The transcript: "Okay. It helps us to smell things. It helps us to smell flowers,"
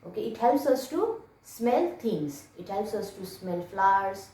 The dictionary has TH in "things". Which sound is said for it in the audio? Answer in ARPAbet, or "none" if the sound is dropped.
T